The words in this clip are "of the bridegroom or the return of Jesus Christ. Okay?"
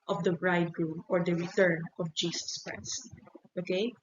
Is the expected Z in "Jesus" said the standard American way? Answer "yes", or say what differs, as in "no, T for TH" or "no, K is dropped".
no, S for Z